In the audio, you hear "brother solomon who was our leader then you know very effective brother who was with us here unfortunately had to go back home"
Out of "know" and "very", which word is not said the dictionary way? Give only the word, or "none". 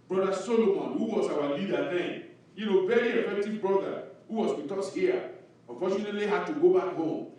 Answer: very